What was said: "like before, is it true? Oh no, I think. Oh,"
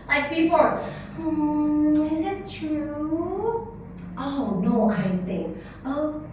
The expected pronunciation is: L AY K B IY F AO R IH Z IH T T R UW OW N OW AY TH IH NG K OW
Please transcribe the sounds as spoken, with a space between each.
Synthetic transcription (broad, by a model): L AY K B IY F AO R IH Z IH T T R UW OW N OW AY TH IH NG K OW